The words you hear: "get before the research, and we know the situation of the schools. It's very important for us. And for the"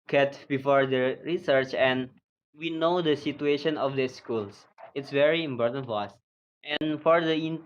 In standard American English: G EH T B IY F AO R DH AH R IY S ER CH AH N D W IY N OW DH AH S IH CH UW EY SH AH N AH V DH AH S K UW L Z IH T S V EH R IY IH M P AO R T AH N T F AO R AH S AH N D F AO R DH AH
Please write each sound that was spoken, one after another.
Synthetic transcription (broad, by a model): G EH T B IY F AO R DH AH R IY S ER CH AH N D W IY N OW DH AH S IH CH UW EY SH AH N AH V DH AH S K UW L S IH T S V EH R IY IH M P AO R T AH N T F AO R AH S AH N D F AO R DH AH